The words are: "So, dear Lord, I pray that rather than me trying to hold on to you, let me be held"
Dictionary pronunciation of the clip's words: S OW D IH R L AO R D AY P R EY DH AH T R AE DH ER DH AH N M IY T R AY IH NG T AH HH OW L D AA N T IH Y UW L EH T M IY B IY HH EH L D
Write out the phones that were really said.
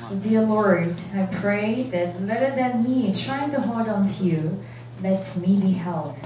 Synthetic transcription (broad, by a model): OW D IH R L AO R D AY P R EY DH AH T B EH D ER DH AH N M IY T R AY IH NG T AH HH OW L D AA N T IH Y UW L EH T M IY B IY HH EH L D